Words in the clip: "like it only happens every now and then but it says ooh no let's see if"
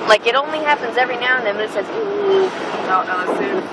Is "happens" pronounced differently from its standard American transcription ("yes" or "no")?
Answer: no